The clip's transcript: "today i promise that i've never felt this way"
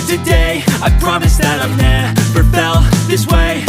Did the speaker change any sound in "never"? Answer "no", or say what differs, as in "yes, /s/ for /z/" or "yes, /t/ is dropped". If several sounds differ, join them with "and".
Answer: yes, /p/ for /v/